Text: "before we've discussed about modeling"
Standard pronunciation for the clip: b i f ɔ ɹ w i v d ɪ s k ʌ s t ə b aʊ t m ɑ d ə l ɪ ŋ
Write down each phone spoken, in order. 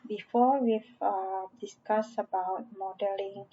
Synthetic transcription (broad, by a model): b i f ɔ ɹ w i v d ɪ s k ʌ s ə b aʊ t m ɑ d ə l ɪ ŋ